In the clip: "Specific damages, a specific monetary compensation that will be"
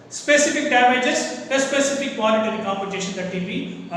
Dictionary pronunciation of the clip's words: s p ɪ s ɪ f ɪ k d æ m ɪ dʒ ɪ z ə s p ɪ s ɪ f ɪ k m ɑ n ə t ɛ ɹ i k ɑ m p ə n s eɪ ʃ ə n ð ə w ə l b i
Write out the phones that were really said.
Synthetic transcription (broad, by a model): s p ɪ s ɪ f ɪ k d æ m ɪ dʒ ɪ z ə s p ɪ s ɪ f ɪ k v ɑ l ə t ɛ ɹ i k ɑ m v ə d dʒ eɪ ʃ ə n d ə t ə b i